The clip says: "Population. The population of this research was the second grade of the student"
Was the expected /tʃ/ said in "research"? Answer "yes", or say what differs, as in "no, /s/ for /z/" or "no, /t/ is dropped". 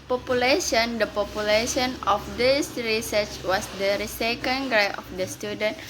yes